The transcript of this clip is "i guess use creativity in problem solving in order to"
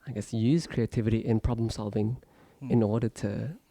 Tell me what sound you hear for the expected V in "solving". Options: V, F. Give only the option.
V